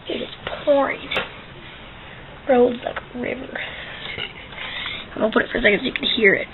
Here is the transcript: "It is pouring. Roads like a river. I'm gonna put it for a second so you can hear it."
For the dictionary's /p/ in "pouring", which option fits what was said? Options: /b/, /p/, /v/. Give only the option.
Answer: /p/